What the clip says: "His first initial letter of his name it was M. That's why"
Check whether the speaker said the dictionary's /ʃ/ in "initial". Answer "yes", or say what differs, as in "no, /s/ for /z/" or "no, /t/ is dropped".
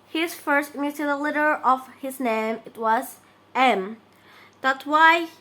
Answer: no, /ʃ/ is dropped